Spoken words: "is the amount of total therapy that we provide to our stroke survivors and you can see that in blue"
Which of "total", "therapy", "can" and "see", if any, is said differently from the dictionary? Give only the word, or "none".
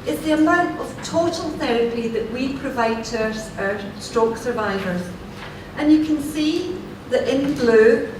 none